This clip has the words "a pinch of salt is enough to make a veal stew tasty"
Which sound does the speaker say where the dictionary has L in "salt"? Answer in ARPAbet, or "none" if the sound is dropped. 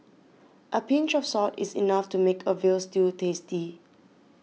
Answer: none